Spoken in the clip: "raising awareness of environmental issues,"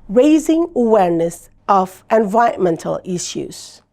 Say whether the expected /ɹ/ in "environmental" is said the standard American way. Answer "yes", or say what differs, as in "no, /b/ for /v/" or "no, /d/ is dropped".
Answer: no, /ɹ/ is dropped